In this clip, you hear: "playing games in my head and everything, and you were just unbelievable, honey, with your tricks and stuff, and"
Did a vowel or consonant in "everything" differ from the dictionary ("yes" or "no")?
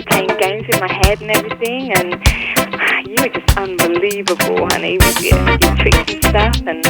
no